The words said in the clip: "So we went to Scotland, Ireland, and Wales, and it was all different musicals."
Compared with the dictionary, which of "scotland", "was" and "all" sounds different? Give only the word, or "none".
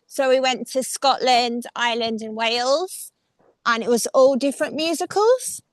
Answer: none